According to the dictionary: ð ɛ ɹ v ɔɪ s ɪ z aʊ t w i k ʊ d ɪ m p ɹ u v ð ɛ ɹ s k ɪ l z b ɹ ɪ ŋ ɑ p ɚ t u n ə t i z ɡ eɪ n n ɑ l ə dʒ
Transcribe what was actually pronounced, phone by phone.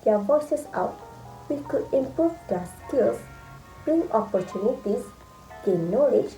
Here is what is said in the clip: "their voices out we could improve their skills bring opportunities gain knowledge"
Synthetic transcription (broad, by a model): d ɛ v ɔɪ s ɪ s aʊ t w i k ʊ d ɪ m p u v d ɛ s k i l s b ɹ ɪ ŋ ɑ p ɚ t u n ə t i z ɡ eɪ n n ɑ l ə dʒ